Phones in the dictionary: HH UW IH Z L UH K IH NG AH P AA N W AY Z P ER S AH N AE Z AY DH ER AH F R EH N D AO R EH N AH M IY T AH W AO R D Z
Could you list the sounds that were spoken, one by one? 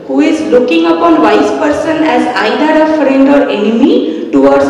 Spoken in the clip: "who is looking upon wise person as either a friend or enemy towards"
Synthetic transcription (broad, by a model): HH UW IH Z L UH K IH NG AH P AA N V AY S P ER S AH N AE Z AY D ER AH F R EH N D AO R EH N AH M IY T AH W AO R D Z